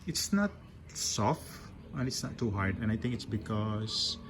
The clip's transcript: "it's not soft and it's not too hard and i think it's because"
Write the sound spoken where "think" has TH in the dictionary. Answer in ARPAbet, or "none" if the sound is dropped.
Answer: T